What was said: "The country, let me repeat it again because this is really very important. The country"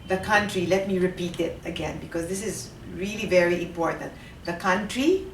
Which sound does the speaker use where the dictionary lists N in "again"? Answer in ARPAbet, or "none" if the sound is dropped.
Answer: N